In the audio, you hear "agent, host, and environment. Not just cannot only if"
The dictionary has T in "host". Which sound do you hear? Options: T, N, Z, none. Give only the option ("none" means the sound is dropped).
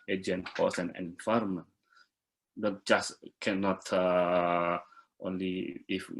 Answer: none